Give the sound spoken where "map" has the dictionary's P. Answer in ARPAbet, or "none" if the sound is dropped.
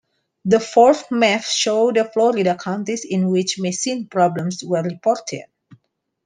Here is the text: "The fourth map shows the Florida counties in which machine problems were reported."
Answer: F